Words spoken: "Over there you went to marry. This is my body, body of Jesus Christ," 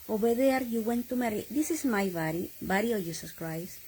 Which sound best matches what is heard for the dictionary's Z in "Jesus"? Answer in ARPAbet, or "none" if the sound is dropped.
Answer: S